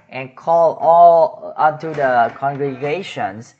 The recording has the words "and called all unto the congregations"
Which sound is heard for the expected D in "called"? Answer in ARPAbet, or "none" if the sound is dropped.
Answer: none